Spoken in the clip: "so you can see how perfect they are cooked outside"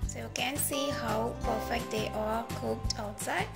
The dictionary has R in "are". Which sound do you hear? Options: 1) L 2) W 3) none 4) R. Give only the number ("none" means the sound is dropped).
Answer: 1